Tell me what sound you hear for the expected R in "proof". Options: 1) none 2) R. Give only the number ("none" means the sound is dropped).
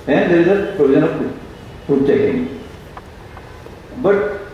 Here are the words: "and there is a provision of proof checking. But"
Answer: 1